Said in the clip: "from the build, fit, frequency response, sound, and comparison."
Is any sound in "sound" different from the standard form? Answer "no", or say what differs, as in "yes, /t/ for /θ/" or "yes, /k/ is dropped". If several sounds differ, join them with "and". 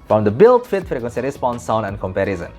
yes, /d/ is dropped